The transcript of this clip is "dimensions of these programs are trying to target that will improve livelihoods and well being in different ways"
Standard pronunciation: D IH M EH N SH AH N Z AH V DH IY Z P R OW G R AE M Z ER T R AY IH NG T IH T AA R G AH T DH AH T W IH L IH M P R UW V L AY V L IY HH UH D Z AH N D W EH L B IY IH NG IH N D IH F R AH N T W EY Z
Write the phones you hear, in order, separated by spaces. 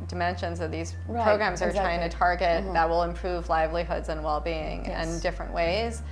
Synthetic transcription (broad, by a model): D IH M EH N SH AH N Z AH V DH IY Z P R OW G R AE M Z ER T R AY IH NG T IH T AA R G AH T DH AH T W IH L IH M P R UW V L AY V L IY HH UH D Z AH N W EH L B IY IH NG IH N D IH F R AH N T W EY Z